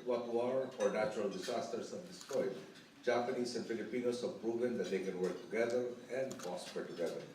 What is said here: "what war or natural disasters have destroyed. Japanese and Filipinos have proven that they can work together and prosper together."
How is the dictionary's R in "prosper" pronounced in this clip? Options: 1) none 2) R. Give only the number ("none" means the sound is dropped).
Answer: 1